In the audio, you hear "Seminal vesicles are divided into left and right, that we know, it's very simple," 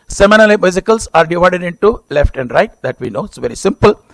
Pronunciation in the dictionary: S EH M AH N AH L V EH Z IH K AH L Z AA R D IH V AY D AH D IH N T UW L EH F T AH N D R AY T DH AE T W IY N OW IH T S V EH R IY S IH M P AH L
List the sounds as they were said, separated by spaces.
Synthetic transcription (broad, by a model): S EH M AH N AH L B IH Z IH K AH L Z AA R D IH V AY D AH D IH N T UW L EH F T AH N D R AY T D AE T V IY N OW IH T S V EH R IY S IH M P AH L